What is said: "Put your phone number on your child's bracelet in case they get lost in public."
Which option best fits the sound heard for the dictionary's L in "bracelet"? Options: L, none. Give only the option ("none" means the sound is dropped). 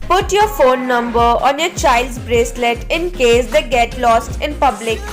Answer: L